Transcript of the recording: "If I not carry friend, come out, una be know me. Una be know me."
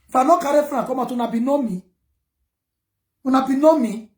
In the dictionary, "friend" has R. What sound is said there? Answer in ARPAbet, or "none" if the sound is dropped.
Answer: none